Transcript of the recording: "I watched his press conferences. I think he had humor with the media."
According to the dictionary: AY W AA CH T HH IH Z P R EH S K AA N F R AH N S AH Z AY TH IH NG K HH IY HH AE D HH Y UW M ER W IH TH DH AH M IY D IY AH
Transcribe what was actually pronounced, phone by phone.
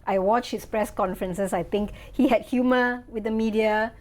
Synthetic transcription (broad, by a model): AY W AA CH HH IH S P R EH S K AA N F R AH N S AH S AY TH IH NG K HH IY HH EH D HH Y UW M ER W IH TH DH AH M IY D IY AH